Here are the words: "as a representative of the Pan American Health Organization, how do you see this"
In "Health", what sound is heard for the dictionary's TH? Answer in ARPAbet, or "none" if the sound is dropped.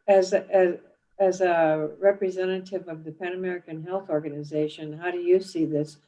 TH